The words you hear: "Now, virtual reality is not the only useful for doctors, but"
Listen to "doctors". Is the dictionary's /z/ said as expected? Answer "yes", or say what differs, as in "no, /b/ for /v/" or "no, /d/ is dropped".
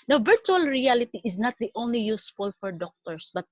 no, /s/ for /z/